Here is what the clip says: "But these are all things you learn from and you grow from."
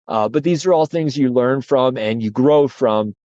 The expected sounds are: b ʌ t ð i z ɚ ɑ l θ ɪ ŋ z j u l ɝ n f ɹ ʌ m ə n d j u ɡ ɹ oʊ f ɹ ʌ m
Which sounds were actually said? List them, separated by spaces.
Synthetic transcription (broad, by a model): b ʌ t ð i z ɚ ɑ l θ ɪ ŋ z j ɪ l ɝ n f ɹ ʌ m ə n j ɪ ɡ ɹ oʊ f ɹ ʌ m